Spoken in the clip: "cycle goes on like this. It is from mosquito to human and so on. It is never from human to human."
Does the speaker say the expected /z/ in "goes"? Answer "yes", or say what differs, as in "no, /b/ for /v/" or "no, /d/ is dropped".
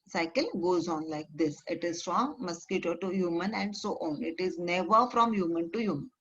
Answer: yes